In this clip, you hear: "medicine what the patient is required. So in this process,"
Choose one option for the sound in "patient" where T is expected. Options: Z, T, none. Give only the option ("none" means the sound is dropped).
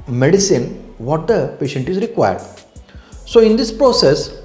T